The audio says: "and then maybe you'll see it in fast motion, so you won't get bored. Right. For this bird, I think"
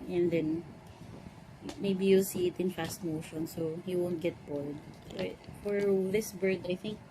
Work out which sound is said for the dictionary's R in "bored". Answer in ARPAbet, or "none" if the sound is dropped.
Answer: L